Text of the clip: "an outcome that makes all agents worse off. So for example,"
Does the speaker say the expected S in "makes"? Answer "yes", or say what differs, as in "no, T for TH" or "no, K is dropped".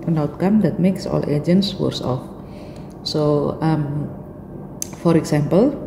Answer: yes